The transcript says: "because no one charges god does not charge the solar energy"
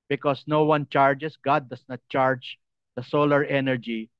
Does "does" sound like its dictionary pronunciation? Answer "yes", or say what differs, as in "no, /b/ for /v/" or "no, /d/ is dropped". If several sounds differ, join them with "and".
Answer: no, /s/ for /z/